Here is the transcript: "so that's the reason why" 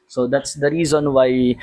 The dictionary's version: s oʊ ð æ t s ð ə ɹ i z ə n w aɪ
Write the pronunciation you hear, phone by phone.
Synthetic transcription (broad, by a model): s oʊ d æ t s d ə ɹ i z ə n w aɪ